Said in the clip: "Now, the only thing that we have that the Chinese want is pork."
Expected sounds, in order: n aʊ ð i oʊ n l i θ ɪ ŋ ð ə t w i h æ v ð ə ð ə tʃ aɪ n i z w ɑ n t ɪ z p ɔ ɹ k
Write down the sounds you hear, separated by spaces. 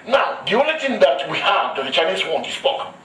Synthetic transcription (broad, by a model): n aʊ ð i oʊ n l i t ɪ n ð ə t w i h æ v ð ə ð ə tʃ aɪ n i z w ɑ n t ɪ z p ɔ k